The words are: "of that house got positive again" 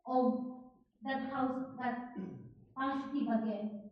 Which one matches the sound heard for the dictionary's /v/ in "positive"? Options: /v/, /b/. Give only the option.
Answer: /b/